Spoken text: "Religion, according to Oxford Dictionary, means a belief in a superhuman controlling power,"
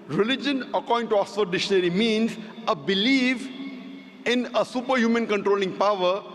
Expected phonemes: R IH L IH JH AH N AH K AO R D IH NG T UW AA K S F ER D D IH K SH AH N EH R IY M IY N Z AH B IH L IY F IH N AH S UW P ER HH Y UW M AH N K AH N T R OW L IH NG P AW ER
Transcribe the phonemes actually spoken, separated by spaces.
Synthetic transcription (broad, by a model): R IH L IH JH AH N AH K AO R D IH NG T UW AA S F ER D D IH SH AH N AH R IY M IY N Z AH B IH L IY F IH N AH S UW P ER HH Y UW M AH N K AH N T R OW L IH NG P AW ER